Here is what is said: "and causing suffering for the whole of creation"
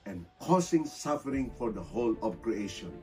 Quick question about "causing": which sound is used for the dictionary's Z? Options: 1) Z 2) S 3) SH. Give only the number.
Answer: 2